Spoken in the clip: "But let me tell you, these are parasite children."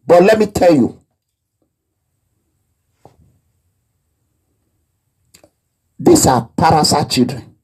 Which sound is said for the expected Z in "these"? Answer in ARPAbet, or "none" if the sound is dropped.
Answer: S